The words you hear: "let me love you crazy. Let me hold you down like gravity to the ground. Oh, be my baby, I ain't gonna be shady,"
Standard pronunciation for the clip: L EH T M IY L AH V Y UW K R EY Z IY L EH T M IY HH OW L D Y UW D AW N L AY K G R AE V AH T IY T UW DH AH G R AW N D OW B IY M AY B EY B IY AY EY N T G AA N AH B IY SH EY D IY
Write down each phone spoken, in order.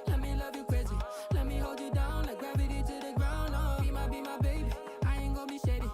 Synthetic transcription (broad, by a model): L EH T M IY L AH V Y UW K W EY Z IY L EH T M IY HH OW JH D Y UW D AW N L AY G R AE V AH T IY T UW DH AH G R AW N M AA B IY M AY B EY B IY AY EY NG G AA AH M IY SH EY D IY